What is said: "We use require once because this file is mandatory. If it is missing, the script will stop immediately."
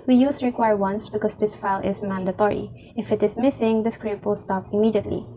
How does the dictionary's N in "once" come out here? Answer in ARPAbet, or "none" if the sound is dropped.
N